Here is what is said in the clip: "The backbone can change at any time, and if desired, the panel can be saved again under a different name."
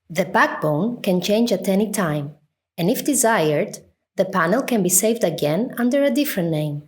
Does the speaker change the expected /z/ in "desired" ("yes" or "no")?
no